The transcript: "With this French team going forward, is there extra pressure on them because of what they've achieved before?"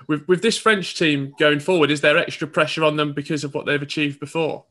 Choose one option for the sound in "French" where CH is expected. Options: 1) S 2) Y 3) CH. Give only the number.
3